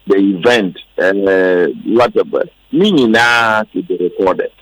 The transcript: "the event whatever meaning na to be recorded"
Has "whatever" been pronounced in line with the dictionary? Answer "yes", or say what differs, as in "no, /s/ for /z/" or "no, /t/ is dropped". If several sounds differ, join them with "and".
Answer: no, /b/ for /v/